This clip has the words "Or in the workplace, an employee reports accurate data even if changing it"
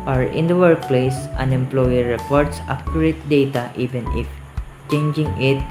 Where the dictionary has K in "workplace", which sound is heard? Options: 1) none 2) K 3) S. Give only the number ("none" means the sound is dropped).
2